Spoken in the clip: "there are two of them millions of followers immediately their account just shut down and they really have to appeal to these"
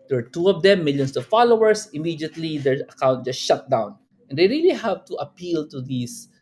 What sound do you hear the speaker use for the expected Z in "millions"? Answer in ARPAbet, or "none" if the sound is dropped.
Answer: S